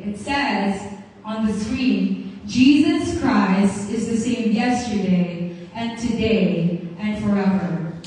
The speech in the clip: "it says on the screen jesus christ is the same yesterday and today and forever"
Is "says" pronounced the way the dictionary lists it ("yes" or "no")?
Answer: yes